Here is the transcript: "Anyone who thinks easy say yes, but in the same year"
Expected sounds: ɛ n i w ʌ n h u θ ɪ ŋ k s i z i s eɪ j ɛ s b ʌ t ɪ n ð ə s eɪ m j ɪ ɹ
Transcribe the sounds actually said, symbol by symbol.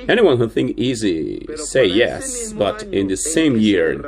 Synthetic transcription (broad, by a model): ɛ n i w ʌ n h u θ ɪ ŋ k i z i s eɪ j ɛ s b ʌ t ɪ n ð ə s eɪ m j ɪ ɹ